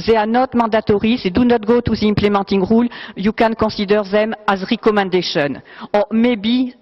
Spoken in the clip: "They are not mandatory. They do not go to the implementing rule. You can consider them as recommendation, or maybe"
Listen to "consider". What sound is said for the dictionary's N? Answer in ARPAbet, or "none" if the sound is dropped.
none